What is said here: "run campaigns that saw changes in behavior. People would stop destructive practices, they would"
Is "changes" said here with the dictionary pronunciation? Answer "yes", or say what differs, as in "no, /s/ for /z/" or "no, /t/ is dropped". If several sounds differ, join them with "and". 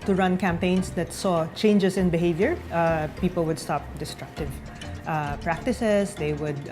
no, /s/ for /z/